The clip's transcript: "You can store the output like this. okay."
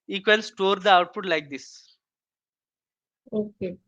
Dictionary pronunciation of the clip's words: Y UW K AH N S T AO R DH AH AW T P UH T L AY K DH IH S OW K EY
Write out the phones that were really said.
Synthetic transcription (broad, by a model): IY K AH L S T AO R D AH AW T P UH T L AY K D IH S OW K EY